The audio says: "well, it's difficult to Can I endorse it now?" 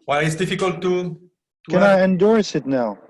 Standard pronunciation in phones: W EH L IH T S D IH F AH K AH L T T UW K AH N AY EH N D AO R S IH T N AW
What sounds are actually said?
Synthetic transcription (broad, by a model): W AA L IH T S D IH F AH K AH L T T UW K AH N AY EH N D AO R S IH T N AW